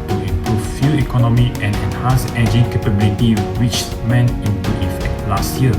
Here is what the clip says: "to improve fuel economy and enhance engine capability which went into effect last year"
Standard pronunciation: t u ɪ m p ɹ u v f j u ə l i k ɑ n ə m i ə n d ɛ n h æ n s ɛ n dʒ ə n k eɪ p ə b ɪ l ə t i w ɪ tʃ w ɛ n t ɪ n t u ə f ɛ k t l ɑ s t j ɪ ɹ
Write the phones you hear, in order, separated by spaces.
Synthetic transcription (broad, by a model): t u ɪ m p ɹ u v f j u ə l i k ɑ n ə m i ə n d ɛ n h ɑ n s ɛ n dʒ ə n k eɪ p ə b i l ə t i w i tʃ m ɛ n ɪ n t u ə f ɛ k t l ɑ s t j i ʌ